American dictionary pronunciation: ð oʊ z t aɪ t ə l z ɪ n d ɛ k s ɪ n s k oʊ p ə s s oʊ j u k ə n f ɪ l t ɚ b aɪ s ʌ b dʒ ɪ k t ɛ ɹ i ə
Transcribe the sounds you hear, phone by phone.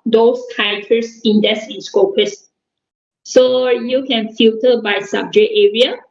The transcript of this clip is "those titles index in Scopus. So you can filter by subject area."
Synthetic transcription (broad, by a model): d oʊ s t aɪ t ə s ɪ n d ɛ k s ɪ n s k oʊ p ə s s oʊ j u k ə n f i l t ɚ b aɪ s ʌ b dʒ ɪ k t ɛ ɹ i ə